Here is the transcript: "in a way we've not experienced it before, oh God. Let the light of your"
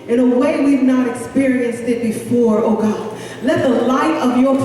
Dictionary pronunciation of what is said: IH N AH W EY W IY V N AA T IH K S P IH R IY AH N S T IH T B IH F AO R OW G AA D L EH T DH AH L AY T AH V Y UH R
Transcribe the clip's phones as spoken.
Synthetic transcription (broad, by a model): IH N AH W EY W IY V N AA T IH K S P IH R IY AH N S T IH T B IH F AO R OW G AA D L EH T DH AH L AY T AH V Y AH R